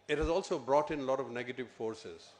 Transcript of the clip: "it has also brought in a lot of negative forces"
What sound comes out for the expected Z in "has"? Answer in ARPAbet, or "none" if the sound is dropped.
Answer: Z